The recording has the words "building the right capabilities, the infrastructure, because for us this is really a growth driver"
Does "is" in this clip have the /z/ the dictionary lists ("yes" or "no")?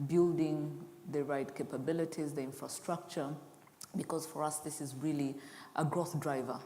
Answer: yes